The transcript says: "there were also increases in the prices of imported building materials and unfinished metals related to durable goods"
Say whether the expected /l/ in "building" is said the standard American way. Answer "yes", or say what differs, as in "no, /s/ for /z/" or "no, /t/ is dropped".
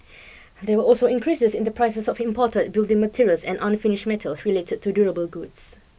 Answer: yes